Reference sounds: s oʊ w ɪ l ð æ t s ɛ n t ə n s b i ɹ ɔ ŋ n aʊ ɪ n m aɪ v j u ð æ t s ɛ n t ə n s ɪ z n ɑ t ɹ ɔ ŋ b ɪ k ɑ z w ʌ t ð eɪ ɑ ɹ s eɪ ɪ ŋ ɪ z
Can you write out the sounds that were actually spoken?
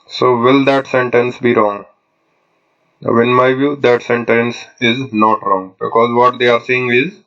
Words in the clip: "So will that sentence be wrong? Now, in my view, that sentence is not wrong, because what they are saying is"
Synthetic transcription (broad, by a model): s oʊ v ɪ l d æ t s ɛ n t ə n s b i ɹ ɔ ŋ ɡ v ɪ n m aɪ v j u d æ t s ɛ n t ə n s ɪ z n ɑ t ɹ ɔ ŋ b ɪ k ɑ z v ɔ t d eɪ ɑ ɹ s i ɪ ŋ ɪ z